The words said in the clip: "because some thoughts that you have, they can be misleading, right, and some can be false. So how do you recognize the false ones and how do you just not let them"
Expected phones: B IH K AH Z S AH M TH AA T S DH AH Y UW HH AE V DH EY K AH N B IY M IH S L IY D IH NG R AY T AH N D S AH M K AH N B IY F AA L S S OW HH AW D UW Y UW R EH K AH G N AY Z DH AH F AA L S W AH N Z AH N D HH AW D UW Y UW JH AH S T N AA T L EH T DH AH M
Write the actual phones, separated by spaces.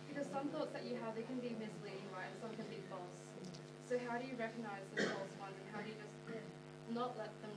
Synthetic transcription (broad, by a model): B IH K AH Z S AH M TH AA T S DH AH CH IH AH V DH EY K AH N B IY M IH S L IY D IH NG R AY AH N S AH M K AH N B IY F AA L S S OW HH AW D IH Y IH R EH K AH G N AY Z DH AH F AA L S W AH N Z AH N HH AW D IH Y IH JH AH S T N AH T L EH T DH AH M